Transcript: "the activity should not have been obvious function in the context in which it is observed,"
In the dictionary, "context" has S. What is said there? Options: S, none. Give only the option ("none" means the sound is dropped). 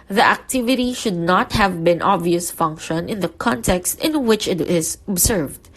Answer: S